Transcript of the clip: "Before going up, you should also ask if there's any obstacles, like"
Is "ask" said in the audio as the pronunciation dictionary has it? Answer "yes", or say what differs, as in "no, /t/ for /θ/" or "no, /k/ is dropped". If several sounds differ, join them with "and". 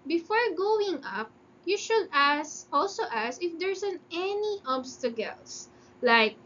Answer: no, /k/ is dropped